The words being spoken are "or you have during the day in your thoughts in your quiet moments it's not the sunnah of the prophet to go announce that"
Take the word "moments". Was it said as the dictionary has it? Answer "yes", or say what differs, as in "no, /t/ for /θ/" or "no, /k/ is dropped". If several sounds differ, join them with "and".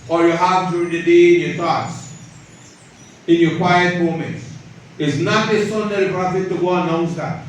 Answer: no, /s/ is dropped